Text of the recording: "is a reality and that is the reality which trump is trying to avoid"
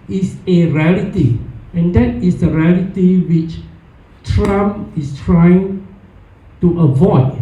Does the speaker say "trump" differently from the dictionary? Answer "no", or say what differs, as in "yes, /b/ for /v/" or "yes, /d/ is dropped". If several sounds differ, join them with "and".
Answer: yes, /p/ is dropped